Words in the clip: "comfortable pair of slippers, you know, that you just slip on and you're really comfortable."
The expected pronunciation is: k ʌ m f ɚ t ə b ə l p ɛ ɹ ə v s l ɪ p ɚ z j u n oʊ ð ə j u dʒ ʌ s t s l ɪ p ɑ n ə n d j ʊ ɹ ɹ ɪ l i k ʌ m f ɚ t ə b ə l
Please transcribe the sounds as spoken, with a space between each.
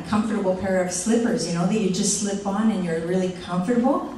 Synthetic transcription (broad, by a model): k ʌ m f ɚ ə b l p ɛ ɹ ə v s l ɪ p ɚ z j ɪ n oʊ ð ə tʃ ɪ dʒ ʌ s t s l ɪ p n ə n j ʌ ɹ ɹ ɪ l i k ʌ m f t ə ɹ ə l